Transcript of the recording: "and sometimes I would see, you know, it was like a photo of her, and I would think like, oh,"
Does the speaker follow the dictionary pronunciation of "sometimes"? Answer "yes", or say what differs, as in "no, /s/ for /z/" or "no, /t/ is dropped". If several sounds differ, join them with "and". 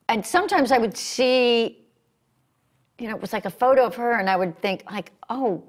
yes